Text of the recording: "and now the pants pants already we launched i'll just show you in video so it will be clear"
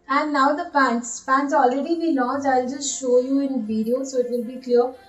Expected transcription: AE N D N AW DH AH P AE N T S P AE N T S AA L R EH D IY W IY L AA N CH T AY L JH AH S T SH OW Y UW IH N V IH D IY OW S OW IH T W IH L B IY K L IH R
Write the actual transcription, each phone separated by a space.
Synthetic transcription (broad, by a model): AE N D N AW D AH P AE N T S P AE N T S AA L R EH D IY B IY N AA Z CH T AY L JH AH S T SH OW Y UW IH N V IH D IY OW S OW IH T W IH L B IY K L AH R